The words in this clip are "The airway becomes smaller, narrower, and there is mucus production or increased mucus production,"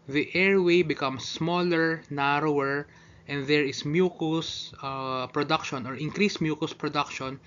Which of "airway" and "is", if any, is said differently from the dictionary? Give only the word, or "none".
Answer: is